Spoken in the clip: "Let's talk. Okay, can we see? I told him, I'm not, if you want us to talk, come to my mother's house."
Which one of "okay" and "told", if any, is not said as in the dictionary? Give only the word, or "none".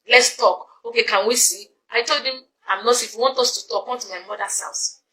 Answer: none